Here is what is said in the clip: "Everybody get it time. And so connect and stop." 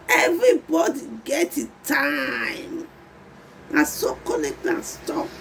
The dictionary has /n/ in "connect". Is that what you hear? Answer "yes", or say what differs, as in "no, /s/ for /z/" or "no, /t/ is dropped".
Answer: no, /l/ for /n/